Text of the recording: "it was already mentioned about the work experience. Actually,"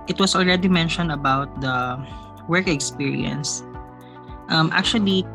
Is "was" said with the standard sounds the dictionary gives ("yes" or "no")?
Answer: no